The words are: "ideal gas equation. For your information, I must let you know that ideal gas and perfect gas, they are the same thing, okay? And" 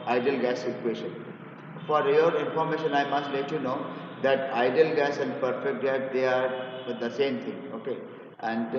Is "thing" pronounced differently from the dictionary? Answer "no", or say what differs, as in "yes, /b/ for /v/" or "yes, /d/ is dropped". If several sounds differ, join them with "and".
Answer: yes, /t/ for /θ/